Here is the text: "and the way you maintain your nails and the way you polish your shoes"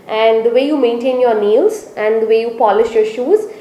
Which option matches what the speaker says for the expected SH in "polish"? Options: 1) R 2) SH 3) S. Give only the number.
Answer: 2